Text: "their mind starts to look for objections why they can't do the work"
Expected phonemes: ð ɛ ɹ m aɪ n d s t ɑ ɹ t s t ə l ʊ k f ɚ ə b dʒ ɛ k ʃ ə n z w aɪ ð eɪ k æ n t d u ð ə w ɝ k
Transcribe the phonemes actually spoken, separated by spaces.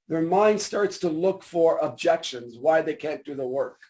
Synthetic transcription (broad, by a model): ð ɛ ɹ m aɪ n d s t ɑ ɹ t s t ə l ʊ k f ɚ ə b dʒ ɛ k ʃ ə n z w aɪ ð eɪ k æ n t d u ð ə w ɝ k